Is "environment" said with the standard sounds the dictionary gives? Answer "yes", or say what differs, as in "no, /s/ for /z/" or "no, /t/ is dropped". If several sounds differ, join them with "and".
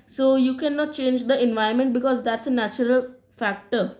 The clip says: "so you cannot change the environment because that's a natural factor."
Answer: no, /ɹ/ is dropped